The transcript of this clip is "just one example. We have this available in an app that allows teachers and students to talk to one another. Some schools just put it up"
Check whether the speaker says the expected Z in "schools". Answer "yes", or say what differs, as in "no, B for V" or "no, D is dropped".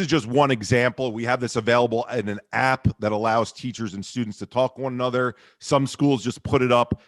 yes